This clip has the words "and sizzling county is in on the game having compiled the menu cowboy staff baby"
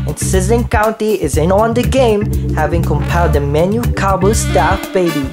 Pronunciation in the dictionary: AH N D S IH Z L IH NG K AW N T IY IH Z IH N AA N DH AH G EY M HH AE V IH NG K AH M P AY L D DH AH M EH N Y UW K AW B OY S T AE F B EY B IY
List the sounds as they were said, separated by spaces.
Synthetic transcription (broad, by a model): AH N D S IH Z IH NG K AW N T IY IH Z IH N AA N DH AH G EY M HH AE V IH NG K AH M P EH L D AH M EH N Y UW K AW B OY S T AE F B EY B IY